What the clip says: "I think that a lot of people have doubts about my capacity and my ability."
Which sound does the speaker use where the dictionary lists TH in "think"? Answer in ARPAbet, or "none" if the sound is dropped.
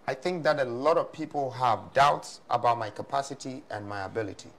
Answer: TH